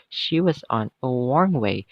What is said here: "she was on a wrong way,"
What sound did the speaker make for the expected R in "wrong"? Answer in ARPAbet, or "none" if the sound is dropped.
W